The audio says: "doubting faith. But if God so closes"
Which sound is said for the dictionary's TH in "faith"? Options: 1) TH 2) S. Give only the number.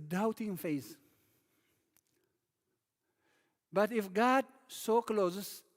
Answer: 2